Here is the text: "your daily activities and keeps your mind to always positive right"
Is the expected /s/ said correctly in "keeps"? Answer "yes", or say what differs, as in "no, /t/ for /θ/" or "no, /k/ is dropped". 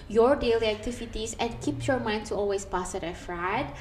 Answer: no, /s/ is dropped